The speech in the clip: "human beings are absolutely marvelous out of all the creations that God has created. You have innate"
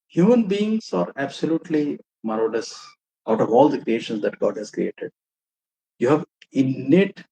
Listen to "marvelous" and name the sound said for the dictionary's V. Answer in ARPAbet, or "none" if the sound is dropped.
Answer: none